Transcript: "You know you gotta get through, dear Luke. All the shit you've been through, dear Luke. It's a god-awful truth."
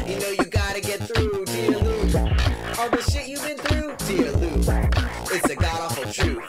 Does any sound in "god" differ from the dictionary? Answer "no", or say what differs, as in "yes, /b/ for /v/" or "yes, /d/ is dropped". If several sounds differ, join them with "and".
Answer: no